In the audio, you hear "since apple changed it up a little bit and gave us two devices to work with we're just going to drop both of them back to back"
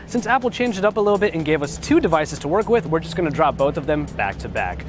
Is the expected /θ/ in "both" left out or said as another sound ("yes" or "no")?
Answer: no